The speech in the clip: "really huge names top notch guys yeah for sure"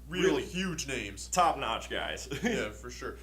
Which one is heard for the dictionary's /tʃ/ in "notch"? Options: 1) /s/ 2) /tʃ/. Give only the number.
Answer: 2